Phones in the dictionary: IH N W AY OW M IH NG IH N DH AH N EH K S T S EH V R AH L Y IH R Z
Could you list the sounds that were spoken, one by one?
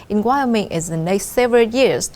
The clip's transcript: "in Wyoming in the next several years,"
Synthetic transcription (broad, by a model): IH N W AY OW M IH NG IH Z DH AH N EH K S T S EH V R AH L Y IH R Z